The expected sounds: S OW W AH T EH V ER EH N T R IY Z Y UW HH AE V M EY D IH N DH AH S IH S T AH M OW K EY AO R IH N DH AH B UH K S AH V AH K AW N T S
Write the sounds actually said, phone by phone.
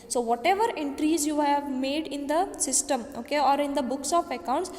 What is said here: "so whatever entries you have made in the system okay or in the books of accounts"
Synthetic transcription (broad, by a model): S OW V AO T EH V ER EH N T R IY Z Y UW HH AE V M EY D IH N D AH S IH S T AH M OW K EY AO R IH N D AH B UH K S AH P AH K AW N T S